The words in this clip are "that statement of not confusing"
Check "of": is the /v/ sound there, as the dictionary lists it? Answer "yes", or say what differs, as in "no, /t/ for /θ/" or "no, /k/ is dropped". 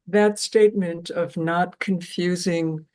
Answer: yes